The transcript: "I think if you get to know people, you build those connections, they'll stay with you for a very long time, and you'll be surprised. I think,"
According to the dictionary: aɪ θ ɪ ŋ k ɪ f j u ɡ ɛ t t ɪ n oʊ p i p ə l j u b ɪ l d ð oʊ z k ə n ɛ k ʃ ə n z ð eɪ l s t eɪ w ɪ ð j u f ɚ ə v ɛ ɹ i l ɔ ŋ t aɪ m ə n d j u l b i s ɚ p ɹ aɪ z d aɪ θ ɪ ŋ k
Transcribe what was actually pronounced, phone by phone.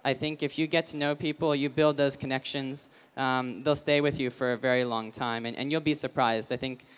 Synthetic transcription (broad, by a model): aɪ θ ɪ ŋ k ɪ f j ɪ ɡ ɛ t t ɪ n oʊ p i p l j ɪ b ɪ l d ð oʊ z k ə n ɛ k ʃ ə n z ð eɪ l s t eɪ w ɪ ð j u f ɚ ə v ɛ ɹ i l ɔ ŋ t aɪ m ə n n j u l b i s ɚ p ɹ aɪ z d aɪ θ ɪ ŋ k